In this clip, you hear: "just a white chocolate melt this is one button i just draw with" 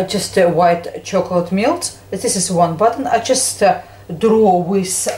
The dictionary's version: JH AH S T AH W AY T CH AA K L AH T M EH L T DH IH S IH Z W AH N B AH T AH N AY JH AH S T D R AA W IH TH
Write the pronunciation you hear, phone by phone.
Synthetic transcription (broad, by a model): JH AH S T W AY T CH AA K L AH T M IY L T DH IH S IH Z W AH N B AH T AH N AY JH AH S T D R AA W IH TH